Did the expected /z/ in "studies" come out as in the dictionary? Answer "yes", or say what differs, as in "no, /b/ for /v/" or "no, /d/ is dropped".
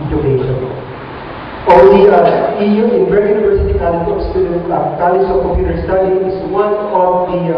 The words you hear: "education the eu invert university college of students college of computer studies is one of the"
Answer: no, /z/ is dropped